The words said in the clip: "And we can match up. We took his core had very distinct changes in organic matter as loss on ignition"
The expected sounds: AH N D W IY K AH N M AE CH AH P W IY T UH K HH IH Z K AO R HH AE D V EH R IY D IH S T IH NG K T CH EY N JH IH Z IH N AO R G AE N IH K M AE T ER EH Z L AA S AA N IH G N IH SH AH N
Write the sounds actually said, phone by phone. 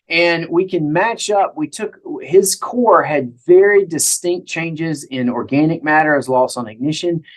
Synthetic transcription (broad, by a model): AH N W IY K AH N M AE CH AH P W IY T UH K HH IH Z K AO R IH D V EH R IY D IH S T IH NG K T CH EY N JH IH Z IH N AO R G AE N IH K M AE T ER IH Z L AA S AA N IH G N IH SH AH N